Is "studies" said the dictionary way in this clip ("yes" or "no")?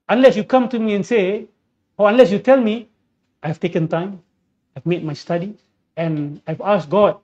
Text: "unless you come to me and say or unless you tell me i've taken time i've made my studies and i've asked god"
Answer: no